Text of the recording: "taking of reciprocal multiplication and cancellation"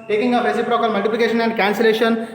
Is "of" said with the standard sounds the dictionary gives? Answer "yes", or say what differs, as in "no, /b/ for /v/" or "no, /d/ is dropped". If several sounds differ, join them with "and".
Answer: no, /p/ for /v/